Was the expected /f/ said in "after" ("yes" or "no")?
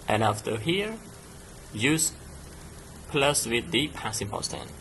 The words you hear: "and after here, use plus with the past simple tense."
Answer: yes